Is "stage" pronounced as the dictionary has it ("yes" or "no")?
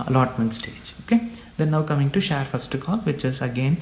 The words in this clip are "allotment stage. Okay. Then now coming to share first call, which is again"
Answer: yes